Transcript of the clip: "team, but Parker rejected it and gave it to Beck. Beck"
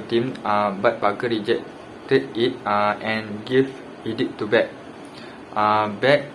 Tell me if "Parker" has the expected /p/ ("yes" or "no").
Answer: no